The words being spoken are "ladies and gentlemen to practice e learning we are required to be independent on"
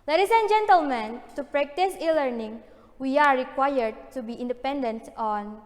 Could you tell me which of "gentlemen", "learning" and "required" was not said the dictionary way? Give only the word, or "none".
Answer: none